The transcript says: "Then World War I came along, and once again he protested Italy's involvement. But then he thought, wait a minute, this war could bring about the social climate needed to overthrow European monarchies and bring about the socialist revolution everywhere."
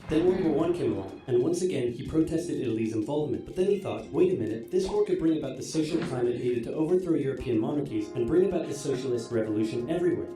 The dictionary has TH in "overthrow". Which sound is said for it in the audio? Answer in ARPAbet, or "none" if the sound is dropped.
TH